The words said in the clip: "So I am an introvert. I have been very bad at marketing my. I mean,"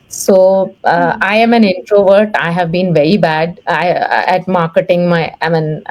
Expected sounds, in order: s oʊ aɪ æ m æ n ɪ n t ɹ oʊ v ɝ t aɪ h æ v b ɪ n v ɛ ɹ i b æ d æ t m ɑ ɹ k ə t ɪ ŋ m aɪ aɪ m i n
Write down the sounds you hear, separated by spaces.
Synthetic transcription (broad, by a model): s oʊ aɪ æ m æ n ɪ n t ɹ oʊ v ɝ t aɪ h æ v b ɪ n v ɛ ɹ i b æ d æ t m ɑ ɹ k ə t ɪ ŋ m aɪ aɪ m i n